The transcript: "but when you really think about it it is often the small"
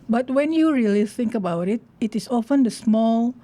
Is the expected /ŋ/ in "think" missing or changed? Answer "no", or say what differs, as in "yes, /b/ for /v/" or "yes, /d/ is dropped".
no